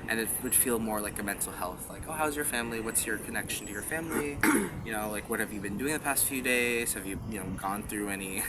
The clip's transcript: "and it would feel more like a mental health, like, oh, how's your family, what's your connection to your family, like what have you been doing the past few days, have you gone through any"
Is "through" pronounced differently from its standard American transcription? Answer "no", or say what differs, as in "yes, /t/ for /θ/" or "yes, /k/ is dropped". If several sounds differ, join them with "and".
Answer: no